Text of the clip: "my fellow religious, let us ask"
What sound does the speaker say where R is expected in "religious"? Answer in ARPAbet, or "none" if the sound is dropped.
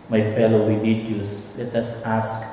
W